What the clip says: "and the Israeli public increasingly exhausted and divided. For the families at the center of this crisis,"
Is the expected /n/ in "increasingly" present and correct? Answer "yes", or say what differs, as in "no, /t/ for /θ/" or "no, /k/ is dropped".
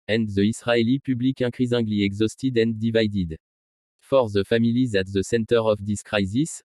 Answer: no, /n/ is dropped